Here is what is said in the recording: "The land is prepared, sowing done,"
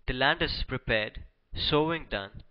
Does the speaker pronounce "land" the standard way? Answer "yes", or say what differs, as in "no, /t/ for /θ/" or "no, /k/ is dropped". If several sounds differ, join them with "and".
yes